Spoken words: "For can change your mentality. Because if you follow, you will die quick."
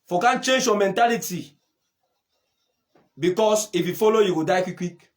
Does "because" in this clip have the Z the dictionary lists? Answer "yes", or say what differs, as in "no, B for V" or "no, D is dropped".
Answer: no, S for Z